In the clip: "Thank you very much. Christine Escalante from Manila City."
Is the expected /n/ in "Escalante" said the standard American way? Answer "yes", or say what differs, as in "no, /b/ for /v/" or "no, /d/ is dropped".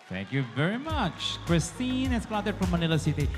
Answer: no, /n/ is dropped